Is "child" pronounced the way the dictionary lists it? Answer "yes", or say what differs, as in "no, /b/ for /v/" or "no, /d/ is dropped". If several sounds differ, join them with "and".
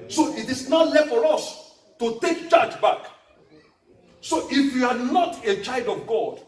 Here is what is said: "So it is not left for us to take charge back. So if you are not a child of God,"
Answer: yes